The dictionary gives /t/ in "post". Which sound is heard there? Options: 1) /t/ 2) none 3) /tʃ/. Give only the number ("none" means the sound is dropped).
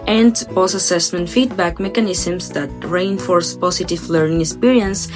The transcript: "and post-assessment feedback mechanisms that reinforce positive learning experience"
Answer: 2